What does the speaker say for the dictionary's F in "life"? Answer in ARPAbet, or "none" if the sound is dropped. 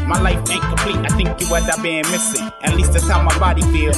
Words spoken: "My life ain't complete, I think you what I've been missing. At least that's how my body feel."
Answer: F